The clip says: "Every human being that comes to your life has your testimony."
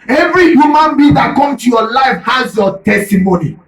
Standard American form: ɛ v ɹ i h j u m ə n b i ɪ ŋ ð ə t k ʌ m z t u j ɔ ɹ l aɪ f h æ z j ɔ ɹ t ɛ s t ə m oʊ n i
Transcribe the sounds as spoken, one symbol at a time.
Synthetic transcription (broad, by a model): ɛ v ɹ i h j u m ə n b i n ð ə t k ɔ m t u j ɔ l aɪ f h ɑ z j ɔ t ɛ s t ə m oʊ n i